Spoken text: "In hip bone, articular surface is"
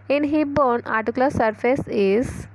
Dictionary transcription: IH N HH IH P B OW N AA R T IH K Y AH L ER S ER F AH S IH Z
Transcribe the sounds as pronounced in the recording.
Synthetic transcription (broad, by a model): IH N HH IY B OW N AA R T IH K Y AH L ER S ER F AH S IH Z